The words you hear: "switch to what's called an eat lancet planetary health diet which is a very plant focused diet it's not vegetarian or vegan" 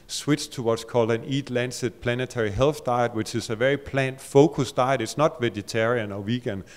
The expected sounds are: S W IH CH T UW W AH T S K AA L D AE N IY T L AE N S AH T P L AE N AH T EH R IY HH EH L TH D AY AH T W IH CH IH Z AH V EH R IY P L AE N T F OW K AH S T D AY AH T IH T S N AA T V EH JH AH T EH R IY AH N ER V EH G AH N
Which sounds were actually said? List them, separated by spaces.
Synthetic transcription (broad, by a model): S W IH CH T UW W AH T S K AA L D AE N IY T L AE N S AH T P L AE N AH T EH R IY HH EH L TH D AY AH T W IH CH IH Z AH V EH R IY P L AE N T F OW K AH S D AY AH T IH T S N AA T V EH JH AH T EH R IY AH N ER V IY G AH N